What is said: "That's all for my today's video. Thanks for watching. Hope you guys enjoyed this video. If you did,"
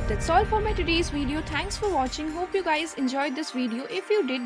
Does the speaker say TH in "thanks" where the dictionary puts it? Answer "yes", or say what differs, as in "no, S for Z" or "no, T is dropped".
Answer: no, T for TH